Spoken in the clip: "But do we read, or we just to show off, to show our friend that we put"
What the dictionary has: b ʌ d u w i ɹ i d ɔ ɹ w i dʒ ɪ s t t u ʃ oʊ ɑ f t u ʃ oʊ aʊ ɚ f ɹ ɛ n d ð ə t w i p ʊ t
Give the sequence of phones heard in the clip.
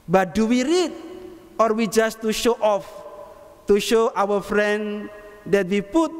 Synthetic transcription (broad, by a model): b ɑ d u w i ɹ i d ɔ ɹ w i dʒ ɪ s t t u ʃ oʊ ɑ f t u ʃ oʊ aʊ ɚ f ɹ ɛ n d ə t w i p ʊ t